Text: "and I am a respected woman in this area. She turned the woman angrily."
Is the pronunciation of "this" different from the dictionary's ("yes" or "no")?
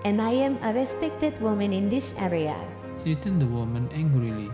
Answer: yes